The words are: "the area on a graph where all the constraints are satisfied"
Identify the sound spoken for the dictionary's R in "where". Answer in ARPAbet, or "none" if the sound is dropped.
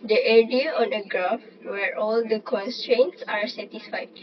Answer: R